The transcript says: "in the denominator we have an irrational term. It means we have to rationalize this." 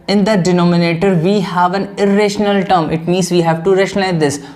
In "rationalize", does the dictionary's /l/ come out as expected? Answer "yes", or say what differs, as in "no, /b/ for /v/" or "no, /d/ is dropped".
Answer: no, /l/ is dropped